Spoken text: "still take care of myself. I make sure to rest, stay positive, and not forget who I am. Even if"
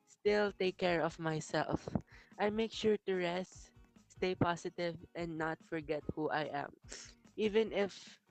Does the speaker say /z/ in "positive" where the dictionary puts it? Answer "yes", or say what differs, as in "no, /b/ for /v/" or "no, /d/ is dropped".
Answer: no, /s/ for /z/